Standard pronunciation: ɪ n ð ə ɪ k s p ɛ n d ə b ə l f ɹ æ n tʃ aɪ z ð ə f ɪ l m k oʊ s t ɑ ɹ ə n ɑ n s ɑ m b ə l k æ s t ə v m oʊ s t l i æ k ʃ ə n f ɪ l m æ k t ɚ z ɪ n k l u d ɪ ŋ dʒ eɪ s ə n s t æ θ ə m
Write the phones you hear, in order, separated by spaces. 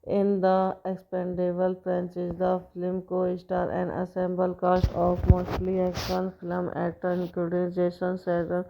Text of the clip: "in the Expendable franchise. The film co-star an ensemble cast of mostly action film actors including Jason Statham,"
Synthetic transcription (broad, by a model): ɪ n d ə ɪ k s p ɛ n d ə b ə l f ɹ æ n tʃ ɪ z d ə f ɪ l m k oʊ s t ɑ ɹ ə n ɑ s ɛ m b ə l k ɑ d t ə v m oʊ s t l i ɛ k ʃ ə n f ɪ l m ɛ t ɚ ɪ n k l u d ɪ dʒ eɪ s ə n s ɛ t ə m